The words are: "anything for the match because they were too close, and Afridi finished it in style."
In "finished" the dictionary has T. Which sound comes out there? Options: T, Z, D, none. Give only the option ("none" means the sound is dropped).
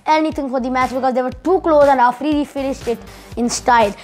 T